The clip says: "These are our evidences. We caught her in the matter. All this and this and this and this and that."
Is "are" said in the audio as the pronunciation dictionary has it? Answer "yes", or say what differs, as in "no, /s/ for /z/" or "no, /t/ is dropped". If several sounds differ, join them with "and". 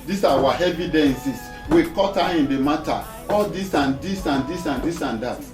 no, /w/ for /ɹ/